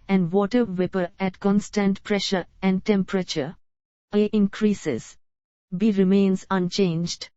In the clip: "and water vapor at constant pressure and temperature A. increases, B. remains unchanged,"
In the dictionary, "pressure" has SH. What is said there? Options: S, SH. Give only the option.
SH